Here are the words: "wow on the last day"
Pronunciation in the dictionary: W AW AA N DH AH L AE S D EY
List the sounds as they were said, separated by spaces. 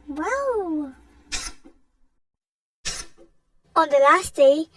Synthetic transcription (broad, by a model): W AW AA N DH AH L AE S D EY